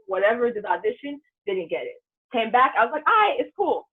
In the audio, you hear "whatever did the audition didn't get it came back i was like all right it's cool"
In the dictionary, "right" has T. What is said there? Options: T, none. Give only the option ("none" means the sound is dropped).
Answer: none